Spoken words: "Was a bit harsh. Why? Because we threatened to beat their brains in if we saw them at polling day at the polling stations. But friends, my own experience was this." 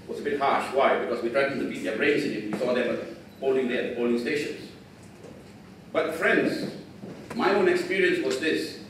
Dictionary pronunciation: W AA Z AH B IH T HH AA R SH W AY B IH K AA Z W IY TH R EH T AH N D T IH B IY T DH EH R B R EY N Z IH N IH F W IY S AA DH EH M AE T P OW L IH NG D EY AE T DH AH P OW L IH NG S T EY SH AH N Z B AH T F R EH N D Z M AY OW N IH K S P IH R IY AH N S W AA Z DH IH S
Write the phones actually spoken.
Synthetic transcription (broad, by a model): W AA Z AH B IH T HH AA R SH W AY B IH K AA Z W IY T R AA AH D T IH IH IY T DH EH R R EY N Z IH N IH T W IY S AA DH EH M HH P OW L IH NG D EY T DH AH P OW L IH NG S T EY SH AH N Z B AH T F R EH N D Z M AY OW N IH K S P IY R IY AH N S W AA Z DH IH S